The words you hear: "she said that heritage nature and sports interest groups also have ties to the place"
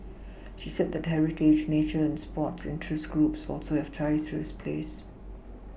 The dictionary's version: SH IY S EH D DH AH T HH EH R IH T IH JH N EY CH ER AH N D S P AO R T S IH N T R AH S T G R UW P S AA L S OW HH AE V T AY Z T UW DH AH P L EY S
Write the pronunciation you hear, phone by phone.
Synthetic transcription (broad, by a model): SH IY S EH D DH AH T HH EH R IH T IH JH N EY CH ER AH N S P AO T S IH N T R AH S G R UW P S AA L S OW HH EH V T AY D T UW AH P L EY S